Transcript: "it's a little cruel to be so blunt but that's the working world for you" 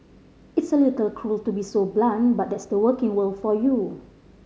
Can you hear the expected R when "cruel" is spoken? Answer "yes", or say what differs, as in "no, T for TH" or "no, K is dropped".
yes